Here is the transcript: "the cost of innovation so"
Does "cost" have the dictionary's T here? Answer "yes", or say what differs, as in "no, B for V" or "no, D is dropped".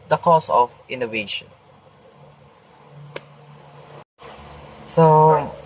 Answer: no, T is dropped